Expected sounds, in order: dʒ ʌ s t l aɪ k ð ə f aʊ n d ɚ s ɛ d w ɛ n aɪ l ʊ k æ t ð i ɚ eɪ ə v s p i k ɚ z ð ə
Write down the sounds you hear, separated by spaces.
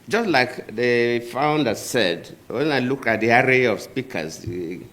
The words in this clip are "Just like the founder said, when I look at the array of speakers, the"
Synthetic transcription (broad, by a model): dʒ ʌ s t l aɪ k ð ə f aʊ n d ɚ s ɛ d w ɛ n aɪ l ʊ k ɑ t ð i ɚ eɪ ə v s p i k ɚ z